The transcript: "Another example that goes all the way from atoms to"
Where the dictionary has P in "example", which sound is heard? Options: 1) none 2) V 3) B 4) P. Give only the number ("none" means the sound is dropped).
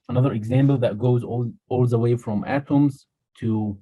3